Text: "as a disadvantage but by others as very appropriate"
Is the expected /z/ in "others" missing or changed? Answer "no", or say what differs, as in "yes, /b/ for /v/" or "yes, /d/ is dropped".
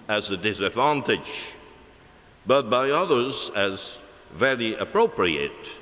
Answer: no